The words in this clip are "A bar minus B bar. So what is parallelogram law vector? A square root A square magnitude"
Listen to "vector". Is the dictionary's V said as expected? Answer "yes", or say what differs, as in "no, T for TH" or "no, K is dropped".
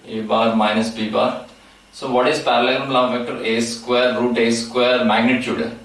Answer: no, F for V